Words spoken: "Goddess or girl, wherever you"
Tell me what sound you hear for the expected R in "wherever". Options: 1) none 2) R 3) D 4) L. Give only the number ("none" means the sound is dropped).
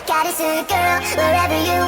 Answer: 2